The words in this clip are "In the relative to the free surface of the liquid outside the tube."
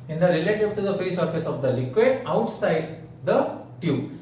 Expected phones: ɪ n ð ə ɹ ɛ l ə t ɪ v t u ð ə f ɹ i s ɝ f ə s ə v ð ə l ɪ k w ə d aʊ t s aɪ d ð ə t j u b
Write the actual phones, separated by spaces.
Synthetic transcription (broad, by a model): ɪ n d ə ɹ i l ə t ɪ b t u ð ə f ɹ i s ɝ f ə s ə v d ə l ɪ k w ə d aʊ t s aɪ d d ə t j u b